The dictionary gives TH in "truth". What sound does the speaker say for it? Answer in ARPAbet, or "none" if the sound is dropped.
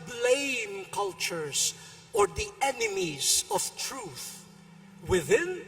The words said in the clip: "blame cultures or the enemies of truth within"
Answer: TH